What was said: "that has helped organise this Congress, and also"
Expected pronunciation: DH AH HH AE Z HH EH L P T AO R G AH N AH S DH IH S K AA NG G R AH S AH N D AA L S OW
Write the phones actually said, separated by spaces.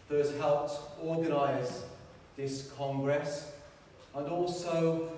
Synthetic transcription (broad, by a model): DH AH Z HH EH L P T AO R G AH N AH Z DH IH S K AA NG G R AH S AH N AA L S OW